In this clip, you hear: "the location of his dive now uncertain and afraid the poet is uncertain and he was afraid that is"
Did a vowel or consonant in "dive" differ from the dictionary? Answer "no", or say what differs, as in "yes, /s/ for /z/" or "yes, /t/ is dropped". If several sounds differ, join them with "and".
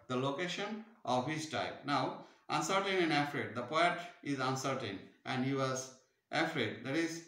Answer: yes, /p/ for /v/